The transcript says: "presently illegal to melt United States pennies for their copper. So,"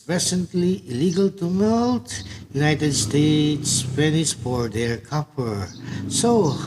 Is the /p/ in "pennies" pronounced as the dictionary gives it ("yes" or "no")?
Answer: no